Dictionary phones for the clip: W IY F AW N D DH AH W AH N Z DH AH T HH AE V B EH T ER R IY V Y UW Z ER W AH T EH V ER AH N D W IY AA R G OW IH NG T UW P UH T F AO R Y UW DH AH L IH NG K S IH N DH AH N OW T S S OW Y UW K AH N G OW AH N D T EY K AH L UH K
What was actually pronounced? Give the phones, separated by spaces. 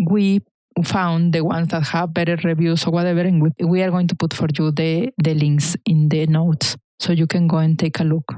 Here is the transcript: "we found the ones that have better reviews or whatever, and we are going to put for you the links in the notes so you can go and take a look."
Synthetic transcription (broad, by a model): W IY F AW N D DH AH W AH N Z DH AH T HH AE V B EH T ER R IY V Y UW S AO W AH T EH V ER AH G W W IY AA R G OW IH NG T UW P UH T F AO R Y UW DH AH L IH NG K S IH N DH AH N OW T S S OW Y UW K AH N G OW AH N T EY K AH L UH K